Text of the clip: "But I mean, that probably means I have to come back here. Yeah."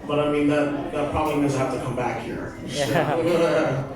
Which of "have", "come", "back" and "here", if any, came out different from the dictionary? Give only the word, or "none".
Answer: have